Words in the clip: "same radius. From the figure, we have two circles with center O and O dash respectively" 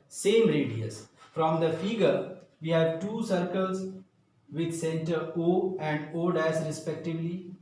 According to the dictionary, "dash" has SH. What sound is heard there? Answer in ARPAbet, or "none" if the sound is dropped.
S